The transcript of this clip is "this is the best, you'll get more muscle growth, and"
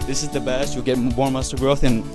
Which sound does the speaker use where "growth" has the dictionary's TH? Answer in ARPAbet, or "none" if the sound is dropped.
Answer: TH